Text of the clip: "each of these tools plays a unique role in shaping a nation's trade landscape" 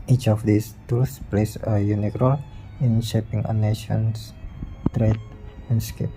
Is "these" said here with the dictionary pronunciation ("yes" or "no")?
no